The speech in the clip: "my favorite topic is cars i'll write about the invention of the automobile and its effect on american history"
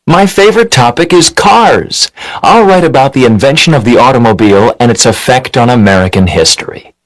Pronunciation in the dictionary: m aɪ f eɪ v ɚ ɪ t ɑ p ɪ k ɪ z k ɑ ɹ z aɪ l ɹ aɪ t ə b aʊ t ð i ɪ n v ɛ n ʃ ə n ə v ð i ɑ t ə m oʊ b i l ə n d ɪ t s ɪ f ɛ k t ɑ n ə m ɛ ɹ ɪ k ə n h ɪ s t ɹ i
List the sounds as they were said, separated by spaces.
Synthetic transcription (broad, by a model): m aɪ f eɪ v ɚ ɪ t ɑ p ɪ k ɪ z k ɑ ɹ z aɪ l ɹ aɪ t ə b aʊ t ð i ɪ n v ɛ n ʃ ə n ə v ð i ɑ t ə m oʊ b i l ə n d ɪ t s ɪ f ɛ k t n ə m ɛ ɹ ɪ k ə n h ɪ s t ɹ i